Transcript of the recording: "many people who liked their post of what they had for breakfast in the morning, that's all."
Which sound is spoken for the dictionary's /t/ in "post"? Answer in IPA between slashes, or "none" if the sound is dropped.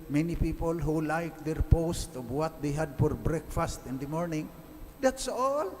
/t/